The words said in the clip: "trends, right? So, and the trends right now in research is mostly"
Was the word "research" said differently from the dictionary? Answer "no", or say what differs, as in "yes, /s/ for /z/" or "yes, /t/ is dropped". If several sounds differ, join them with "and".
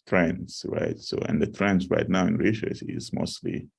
yes, /ʃ/ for /s/ and /s/ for /tʃ/